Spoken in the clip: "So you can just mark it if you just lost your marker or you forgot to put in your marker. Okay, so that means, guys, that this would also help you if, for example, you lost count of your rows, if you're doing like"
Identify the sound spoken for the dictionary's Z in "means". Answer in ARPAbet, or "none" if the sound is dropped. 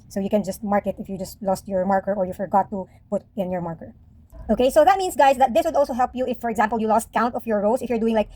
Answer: S